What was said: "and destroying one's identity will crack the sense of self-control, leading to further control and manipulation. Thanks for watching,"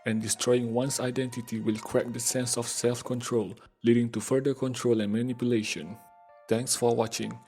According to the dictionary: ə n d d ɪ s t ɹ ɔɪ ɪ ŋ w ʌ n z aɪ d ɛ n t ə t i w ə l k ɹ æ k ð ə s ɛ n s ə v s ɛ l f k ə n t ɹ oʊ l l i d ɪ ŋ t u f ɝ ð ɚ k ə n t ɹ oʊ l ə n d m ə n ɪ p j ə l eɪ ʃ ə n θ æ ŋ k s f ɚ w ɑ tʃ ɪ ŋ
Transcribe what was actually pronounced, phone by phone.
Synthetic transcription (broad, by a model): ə n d d ɪ s t ɹ ɔɪ ɪ ŋ w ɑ n s aɪ d ɛ n t ə t i w ə l k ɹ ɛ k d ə s ɛ n s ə f s ɛ l f k ə n t ɹ oʊ l l i d ɪ ŋ t u f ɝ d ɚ k ə n t ɹ oʊ l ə n m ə n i p j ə l eɪ ʃ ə n t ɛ ŋ k s f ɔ w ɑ tʃ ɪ ŋ